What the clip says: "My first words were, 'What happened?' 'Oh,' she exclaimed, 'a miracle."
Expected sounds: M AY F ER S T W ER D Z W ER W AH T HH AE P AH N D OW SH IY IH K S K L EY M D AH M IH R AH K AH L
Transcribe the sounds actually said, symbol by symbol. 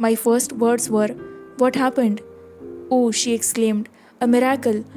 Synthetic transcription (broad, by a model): M AY F ER S T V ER D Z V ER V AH T HH AE P AH N D OW SH IY IH K S K L EY M D AH M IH R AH K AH L